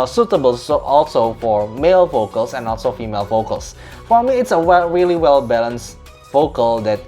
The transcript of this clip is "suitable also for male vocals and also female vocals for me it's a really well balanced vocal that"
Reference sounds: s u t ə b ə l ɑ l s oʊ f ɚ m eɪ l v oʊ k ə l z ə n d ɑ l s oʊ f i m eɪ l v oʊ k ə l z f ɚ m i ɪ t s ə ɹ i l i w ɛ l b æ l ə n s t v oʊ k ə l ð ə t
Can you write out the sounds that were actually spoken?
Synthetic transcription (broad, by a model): s u t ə b ə l ɑ l s oʊ f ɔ m eɪ l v oʊ k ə l s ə n ɑ l s oʊ f i m eɪ l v oʊ k ə l s f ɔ m i ɪ t s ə ɹ i l i w ɛ l b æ l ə n s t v oʊ k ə l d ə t